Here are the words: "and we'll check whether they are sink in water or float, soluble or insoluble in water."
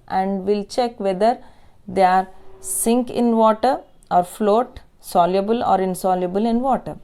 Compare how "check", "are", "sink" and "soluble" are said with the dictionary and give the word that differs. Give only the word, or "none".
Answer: none